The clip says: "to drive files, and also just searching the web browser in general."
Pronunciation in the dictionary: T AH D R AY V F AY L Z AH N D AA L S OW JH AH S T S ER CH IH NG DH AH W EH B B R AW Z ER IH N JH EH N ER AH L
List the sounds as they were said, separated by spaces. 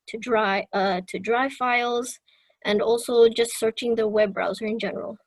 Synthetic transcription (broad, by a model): T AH D R AY V F AY L Z AH N D AA L S OW JH AH S T S ER CH IH NG DH AH W EH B B R AW Z ER IH N JH EH N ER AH L